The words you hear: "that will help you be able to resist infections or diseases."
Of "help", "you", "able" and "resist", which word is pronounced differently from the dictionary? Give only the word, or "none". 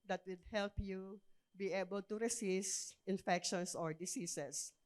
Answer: resist